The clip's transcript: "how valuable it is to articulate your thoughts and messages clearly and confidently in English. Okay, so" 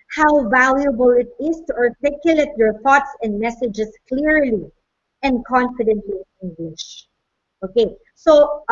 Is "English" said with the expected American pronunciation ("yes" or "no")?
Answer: no